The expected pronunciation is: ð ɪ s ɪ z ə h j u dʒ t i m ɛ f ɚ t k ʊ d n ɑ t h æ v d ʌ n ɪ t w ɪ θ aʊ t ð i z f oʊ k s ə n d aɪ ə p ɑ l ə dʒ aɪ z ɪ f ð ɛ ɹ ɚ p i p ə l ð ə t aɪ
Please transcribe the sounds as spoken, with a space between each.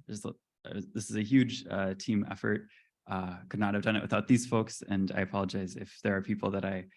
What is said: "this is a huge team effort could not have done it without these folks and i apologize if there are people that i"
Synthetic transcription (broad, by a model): ð ɪ s ɪ z ə h j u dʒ t i m ɛ f ɚ t k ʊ d n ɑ t h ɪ v d ʌ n ɪ t w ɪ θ aʊ t ð i z f oʊ k s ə n aɪ ə p ɑ l ə dʒ aɪ z ɪ f ð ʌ ɹ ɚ p i p l ð ə t aɪ